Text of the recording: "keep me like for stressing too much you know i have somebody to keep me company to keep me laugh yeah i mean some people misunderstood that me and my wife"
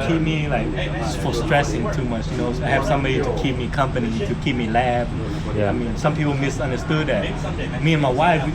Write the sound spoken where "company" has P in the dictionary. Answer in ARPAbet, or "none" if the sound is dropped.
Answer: P